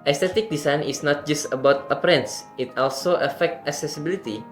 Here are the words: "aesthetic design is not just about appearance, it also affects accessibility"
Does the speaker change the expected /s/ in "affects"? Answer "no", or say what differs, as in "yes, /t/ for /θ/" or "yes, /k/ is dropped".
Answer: yes, /s/ is dropped